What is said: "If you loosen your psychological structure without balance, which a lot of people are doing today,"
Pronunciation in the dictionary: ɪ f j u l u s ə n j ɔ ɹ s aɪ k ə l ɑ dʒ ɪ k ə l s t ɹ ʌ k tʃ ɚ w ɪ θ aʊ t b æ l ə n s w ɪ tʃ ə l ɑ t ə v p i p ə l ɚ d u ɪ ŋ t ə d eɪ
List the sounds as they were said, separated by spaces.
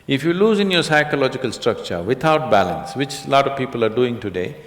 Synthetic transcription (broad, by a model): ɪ f j u l u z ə n j ɔ ɹ s aɪ k ə l ɑ dʒ ɪ k ə l s t ɹ ʌ k tʃ ɚ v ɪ t aʊ t b æ l ə n s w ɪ tʃ l ɑ t ə v p i p ə l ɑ d u ɪ ŋ t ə d eɪ